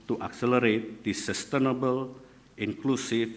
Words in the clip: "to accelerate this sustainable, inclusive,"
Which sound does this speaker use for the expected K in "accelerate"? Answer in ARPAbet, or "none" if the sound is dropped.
K